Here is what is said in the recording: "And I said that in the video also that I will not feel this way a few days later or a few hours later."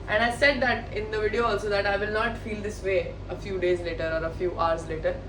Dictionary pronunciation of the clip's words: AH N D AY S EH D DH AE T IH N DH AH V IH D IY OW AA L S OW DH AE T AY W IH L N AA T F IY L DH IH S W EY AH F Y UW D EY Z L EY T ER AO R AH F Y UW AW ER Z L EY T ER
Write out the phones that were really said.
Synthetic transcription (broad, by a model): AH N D AY S EH D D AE T IH N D AH V IH D IY OW AA L S OW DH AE T AY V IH L N AA T F IY L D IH S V EY AH F Y UW D EY Z L EY T ER AO R AH F Y UW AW ER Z L EY T ER